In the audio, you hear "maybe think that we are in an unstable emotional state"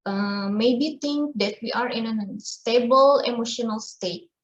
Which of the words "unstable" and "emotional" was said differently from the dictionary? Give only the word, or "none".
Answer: none